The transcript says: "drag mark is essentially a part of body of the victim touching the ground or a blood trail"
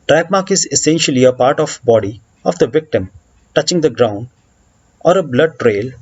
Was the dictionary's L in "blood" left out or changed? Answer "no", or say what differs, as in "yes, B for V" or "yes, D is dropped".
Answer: no